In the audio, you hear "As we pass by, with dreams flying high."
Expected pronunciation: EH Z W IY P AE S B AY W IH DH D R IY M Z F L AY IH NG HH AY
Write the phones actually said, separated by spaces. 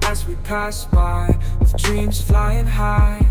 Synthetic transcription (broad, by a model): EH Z W IY P AE S B AY W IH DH D R IY M Z F L AY IH NG HH AY